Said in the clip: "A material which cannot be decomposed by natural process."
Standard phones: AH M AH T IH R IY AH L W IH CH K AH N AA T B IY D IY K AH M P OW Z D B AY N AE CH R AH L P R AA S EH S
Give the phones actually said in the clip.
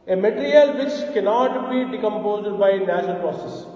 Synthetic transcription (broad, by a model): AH M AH T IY R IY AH L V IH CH K AH N AA T B IY D IY K AH M P OW Z D B AY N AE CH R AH L P R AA S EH S